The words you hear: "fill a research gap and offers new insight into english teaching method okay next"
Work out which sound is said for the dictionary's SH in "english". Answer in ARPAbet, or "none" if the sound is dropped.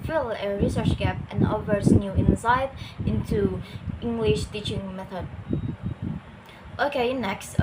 SH